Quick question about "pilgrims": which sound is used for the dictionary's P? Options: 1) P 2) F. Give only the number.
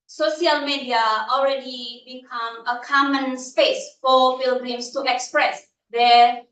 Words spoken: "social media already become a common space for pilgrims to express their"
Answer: 2